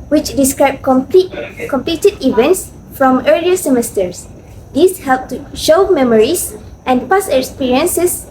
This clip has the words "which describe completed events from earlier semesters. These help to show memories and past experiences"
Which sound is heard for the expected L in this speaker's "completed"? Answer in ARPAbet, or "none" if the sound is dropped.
L